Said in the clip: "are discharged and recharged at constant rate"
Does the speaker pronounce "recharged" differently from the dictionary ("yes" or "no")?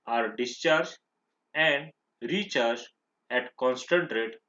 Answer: yes